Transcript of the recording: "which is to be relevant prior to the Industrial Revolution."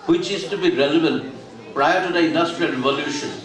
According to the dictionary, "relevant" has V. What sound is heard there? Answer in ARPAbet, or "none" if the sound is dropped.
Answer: B